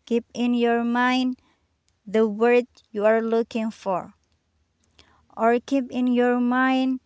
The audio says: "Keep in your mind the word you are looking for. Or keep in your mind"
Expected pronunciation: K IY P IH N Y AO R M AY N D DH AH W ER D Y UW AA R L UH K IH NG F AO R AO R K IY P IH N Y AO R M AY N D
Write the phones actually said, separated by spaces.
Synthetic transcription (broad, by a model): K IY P IH N Y AO R M AY N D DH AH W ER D Y UW AA R L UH K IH NG F AO R AO R K IY P IH N Y AO R M AY N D